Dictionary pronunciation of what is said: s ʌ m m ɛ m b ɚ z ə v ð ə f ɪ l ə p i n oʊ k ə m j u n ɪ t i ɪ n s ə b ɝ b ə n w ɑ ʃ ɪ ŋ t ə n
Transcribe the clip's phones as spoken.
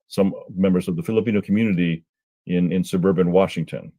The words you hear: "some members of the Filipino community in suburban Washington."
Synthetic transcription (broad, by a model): s ʌ m m ɛ m b ɚ z ə v ð ə f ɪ l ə p i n oʊ k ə m j u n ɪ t i ɪ n s ə b ɝ b ə n w ɑ ʃ ɪ ŋ t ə n